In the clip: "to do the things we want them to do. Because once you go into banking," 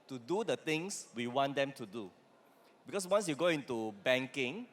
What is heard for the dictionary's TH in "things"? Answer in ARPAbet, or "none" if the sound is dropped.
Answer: T